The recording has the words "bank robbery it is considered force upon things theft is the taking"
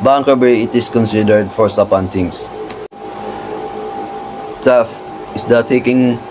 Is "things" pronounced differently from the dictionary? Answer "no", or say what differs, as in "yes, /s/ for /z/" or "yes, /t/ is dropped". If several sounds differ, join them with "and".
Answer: yes, /t/ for /θ/